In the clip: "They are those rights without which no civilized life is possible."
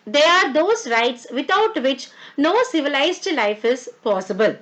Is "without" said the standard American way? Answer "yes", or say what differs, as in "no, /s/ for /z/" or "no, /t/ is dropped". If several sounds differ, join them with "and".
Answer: no, /t/ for /θ/